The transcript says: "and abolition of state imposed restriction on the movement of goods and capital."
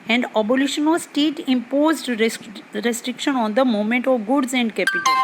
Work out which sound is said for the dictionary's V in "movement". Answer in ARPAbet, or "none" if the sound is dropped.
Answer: none